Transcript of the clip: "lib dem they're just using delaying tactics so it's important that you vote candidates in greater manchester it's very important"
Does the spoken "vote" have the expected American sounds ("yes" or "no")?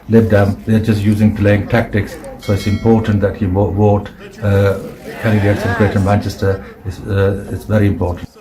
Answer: no